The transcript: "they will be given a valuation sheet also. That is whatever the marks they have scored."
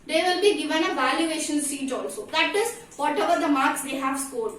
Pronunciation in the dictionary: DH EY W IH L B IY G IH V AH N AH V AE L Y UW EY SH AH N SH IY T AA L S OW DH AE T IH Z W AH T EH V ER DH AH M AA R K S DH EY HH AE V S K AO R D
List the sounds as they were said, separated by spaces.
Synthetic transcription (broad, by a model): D EY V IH L B IY G IH V AH N AH V AE L Y UW EY SH AH N S IY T AA L S OW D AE T IH Z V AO T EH V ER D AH M AA R K S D EY HH AE V S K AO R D